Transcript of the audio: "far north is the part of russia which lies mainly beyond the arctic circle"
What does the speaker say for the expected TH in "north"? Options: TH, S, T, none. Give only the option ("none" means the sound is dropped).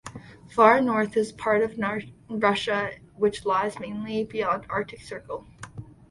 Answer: TH